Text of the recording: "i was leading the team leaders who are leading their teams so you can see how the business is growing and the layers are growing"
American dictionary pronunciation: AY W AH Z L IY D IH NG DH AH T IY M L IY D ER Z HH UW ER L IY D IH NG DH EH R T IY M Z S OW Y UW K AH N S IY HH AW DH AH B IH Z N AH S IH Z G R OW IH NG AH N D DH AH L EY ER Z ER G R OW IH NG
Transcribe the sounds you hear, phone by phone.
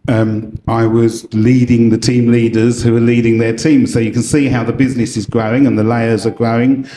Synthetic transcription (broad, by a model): AY W AH Z L IY D IH NG DH AH T IY M L IY D ER Z HH UW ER L IY D IH NG DH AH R T IY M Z S OW Y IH K AH N S IY HH AW DH AH B IH Z N AH S IH Z G R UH IH NG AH N DH AH L EY ER Z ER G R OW IH NG